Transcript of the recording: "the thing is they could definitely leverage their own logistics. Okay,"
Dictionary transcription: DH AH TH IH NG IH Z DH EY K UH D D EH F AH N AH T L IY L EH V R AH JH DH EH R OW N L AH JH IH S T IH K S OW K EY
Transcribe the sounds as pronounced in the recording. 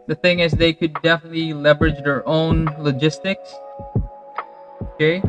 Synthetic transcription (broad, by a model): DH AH TH IH NG IH Z DH EY K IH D D EH F AH N AH T L IY L EH V R AH JH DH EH R OW N L AH JH IH S T IH K S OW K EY